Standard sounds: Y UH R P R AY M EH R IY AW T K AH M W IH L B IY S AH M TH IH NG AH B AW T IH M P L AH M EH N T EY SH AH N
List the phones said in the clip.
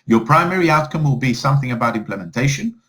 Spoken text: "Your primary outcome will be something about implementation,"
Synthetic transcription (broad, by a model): Y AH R P R AY M EH R IY AW T K AH M W IH L B IY S AH M TH IH NG AH B AW T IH M P L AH M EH N T EY SH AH N